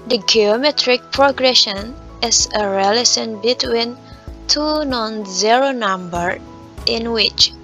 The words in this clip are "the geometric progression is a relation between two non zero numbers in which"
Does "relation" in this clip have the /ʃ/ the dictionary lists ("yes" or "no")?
no